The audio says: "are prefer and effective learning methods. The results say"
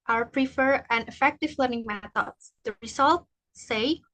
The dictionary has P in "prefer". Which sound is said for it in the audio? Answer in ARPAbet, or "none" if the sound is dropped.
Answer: P